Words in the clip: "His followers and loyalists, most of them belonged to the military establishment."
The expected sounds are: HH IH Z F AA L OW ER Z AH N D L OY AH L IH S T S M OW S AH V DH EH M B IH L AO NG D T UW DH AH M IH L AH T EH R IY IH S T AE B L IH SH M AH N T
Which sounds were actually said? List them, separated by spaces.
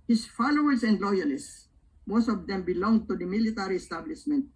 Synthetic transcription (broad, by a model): HH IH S F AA L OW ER S AH N D L OY AH L IH S T S M OW S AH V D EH M B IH L AO NG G T UW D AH M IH L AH T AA R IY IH S T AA B L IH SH M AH N T